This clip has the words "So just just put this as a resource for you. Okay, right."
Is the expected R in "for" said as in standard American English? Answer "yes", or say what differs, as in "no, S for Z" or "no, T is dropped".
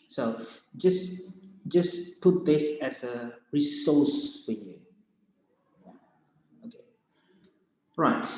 no, L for R